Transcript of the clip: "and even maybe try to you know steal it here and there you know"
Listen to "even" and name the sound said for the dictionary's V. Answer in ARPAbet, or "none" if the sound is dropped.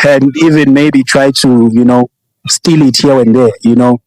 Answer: V